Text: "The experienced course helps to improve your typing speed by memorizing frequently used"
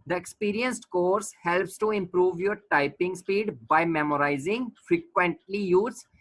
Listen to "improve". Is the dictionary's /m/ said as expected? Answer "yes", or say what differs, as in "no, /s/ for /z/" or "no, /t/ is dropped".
yes